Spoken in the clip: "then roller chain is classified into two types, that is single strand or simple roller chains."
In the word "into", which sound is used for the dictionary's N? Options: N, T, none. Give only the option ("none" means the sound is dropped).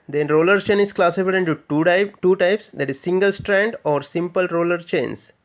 none